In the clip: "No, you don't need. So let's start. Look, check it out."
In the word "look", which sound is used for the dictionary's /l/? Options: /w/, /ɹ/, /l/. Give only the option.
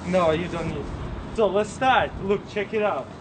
/l/